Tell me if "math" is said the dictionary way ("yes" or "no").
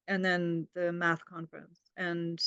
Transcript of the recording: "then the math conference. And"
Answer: yes